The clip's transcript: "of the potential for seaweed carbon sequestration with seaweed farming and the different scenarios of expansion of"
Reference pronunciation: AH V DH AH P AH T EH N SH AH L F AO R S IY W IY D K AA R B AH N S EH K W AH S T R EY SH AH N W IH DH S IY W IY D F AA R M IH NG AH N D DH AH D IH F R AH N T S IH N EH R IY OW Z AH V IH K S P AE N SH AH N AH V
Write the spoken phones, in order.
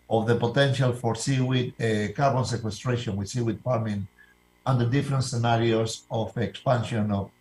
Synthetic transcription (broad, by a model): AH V DH AH P AH T EH N SH AH L F AO R S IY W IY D K AA R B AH N S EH K W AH S T R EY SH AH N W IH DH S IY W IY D P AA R M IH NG AH N D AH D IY F R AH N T S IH N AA R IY OW S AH F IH K S P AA N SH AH N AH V